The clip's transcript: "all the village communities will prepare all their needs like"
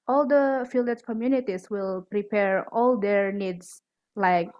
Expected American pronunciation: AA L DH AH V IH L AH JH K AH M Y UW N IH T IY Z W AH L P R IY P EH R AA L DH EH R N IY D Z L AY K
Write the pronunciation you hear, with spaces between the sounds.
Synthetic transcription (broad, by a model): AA L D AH F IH L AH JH K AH M Y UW N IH T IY S W AH L P R IY P EH R AA L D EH R N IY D S L AY K